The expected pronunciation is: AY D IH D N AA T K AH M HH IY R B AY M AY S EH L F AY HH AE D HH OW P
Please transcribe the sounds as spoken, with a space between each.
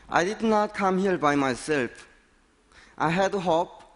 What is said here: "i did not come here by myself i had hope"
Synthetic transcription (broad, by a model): AY D IH D N AA T K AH M HH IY L B AY M AY S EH L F AY HH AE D HH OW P